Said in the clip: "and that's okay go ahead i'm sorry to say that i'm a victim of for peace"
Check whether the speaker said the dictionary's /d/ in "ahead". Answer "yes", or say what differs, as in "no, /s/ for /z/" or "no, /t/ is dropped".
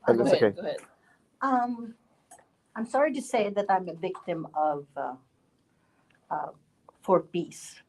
no, /d/ is dropped